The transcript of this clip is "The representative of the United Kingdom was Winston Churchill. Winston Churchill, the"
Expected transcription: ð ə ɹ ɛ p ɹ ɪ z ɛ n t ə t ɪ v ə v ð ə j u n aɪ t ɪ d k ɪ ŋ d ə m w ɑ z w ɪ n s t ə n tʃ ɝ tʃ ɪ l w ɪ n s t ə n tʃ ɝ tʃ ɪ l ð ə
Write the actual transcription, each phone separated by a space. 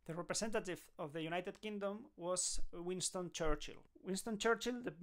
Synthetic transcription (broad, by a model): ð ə ɹ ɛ p ɹ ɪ s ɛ n t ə t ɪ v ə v ð ə j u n aɪ t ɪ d k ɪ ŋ d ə m w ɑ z w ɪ n s t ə n tʃ ɝ tʃ ɪ l w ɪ n s t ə n tʃ ɝ tʃ ɪ l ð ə